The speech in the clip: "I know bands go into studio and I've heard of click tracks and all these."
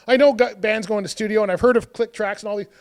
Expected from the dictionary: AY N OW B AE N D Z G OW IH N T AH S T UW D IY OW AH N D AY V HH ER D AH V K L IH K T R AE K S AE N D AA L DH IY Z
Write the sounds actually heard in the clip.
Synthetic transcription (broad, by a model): AY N OW B AE N D Z G OW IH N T S T UW D IY OW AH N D AY V HH ER D AH V K L IH K T R AE K S N AA L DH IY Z